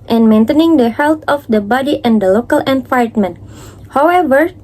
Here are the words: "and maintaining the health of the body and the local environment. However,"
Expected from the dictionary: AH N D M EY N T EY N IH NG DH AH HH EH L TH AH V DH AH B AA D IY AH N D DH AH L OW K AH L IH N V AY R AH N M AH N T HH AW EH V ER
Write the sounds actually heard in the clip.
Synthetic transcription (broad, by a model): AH N M EY N T EY N IH NG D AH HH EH L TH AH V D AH B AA D IY AH N D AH L OW K AH L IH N F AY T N M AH N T HH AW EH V ER